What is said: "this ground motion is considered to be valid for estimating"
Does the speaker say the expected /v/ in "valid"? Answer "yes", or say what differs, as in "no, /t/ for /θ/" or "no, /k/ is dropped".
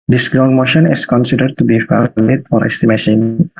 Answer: no, /f/ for /v/